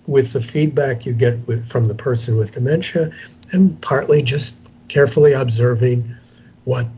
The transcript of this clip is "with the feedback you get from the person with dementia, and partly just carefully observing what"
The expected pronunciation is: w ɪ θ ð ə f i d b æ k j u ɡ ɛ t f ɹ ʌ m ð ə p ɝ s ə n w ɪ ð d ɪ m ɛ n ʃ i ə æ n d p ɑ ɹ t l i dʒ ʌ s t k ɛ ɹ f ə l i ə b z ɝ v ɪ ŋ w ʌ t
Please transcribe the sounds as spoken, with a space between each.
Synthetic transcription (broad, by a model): w ɪ ð ə f i d b æ k j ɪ ɡ ɛ t f ɹ ʌ m ð ə p ɝ s ə n w ɪ ð d ɪ m ɛ n ʃ i ə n p ɑ ɹ t l i dʒ ʌ s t k ɛ ɹ f l i ə b z ɝ v ɪ ŋ w ʌ t